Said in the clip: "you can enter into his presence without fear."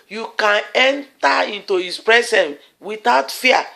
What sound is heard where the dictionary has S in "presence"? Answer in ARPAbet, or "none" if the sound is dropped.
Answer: none